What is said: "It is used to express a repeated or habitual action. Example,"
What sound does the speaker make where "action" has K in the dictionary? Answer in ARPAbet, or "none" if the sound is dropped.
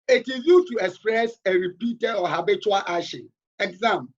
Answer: none